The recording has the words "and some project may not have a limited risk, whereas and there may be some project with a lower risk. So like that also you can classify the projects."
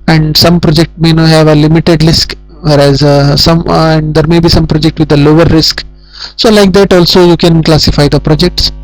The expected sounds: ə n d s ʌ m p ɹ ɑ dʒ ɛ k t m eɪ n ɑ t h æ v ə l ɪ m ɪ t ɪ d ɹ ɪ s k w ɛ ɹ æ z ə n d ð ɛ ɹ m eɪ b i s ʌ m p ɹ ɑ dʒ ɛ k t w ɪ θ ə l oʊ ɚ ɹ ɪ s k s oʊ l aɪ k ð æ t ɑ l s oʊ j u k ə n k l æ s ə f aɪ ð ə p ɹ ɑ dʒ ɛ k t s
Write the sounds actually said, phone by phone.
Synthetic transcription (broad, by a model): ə n d s ʌ m p ɹ ɑ dʒ ɛ k t m eɪ n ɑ h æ v ə l ɪ m ɪ t ɪ d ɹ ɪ s k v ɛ ɹ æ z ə n d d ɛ ɹ m eɪ b i s ʌ m p ɹ ɑ dʒ ɛ k t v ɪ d ə l oʊ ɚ ɹ ɪ s k s oʊ l aɪ k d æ t ɑ l s oʊ j u k ə n k l æ s ə f aɪ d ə p ɹ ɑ dʒ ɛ k t s